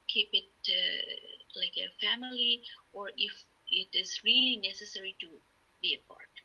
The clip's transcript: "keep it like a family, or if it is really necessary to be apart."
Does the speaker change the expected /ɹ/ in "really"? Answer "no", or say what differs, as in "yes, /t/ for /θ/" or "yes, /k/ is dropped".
no